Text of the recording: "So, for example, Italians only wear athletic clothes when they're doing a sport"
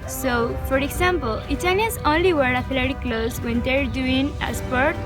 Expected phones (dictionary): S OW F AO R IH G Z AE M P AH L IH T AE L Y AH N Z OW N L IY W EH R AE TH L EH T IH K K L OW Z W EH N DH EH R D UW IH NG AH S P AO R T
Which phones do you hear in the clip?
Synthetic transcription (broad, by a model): S OW F AO R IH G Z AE M P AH L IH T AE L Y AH Z OW N L IY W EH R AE F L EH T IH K K L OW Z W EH N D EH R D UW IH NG AH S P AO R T